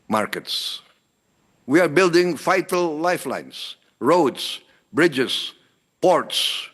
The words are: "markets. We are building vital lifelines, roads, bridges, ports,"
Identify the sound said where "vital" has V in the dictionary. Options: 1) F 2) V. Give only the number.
1